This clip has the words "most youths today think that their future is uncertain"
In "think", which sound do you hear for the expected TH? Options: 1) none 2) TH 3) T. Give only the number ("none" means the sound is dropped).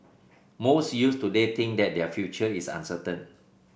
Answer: 3